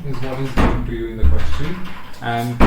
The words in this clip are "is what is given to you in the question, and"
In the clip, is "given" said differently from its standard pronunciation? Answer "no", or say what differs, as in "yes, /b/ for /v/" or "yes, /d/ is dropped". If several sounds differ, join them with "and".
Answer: yes, /v/ is dropped